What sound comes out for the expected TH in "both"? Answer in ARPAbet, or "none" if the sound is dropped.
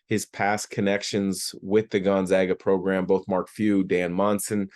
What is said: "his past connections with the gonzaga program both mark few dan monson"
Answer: TH